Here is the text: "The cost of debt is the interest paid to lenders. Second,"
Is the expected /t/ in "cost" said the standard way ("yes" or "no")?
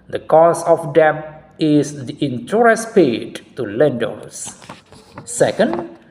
no